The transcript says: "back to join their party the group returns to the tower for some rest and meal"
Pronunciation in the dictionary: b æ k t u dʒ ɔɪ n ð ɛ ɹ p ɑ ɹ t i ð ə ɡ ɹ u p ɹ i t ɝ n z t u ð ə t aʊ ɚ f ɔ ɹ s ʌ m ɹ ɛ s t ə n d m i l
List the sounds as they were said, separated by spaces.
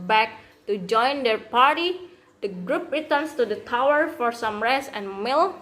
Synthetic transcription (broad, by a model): b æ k t u dʒ ɔɪ n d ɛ ɹ p ɑ ɹ t i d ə ɡ ɹ u p ɹ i t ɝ n s t u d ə t aʊ ɚ f ɔ ɹ s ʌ m ɹ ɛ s ə n m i l